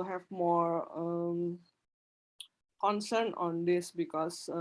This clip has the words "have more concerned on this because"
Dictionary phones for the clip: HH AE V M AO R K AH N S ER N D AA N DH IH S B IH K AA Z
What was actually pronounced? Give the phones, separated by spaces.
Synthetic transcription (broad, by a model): HH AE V M AO R K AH N S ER N AA N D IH S B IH K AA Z